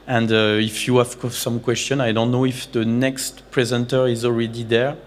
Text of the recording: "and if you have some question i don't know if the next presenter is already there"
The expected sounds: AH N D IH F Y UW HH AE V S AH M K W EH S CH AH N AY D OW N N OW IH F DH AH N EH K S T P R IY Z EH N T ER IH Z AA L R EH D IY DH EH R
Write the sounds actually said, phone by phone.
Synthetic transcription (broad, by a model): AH N D IH F Y UW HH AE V S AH M K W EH S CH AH N AY D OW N N OW IH F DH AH N EH K S T P R IY Z EH N T ER IH Z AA L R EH D IY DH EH R